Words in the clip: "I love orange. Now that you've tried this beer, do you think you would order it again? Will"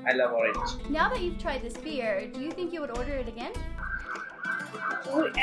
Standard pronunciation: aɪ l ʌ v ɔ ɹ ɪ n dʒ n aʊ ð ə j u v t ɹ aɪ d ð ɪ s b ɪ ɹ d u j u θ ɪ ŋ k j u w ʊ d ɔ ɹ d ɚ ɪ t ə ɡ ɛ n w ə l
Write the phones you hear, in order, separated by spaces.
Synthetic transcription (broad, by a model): aɪ l ʌ v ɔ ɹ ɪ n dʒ n aʊ ð ə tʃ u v t ɹ aɪ d ð ɪ s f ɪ ɹ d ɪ j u θ ɪ ŋ k j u w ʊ d ɔ ɹ d ɚ ɪ t ə ɡ ɛ n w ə